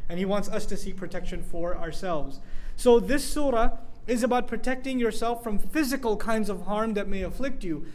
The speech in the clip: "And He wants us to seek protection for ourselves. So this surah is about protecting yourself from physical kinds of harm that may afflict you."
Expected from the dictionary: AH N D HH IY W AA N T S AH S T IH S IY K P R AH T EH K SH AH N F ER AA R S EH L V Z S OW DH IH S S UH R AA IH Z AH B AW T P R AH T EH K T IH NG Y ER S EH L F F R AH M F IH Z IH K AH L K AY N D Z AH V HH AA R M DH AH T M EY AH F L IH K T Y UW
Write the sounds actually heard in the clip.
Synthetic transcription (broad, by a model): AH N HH IY W AA N T S AH S T IH S IY K P R AH T EH K SH AH N F ER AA R S EH L V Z S OW DH IH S S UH R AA IH Z AH B AW T P R AH T EH K T IH NG Y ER S EH L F F R AH M F IH Z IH K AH L K AY N D Z AH V HH AA R M DH AH T M EY AH F L IH K T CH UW